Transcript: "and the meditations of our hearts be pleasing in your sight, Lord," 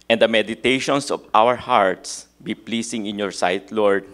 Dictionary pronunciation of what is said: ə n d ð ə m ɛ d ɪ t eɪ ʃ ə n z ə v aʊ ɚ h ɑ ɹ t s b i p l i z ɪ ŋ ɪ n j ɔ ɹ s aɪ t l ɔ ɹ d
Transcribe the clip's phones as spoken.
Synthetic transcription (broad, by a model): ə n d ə m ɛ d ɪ t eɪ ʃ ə n s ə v aʊ ɚ h ɑ ɹ t s b i p l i s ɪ ŋ ɪ n j ɔ ɹ s aɪ t l ɔ ɹ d